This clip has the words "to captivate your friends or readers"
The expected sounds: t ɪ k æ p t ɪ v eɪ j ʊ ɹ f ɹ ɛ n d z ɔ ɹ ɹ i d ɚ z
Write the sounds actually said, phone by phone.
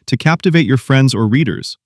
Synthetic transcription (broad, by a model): t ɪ k æ p t ɪ v eɪ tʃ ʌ ɹ f ɹ ɛ n d z ɔ ɹ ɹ i d ɚ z